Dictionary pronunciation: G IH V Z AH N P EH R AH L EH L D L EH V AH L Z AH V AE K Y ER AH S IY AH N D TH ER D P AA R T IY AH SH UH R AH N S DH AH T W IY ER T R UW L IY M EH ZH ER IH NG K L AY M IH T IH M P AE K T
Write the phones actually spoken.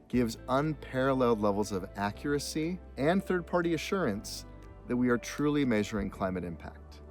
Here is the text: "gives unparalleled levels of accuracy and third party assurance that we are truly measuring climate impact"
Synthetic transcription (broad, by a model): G IH V Z AH N P EH R AH L EH L D L EH V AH L Z AH V AE K Y ER AH S IY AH N TH ER D P AA R T IY AH SH UH R AH N S DH AH T W IY ER T R UW L IY M EH ZH ER IH NG K L AY M IH T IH M P AE K T